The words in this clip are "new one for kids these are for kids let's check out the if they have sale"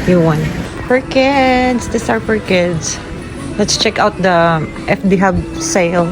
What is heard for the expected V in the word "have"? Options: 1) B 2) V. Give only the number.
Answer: 1